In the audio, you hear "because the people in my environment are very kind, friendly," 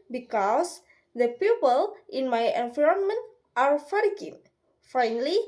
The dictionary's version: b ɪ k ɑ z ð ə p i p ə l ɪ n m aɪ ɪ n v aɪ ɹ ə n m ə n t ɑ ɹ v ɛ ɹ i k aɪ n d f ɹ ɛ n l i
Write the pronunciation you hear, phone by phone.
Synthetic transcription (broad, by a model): b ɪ k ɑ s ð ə p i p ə l ɪ n m aɪ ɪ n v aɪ ɹ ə n m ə n t ɑ ɹ f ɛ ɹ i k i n f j n l i